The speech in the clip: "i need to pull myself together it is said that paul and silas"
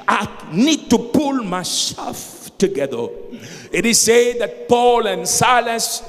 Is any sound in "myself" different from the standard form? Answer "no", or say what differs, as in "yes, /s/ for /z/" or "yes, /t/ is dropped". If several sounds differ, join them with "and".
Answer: yes, /ʃ/ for /s/